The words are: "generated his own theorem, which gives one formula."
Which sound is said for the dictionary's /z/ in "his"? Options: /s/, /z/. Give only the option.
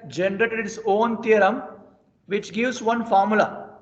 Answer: /s/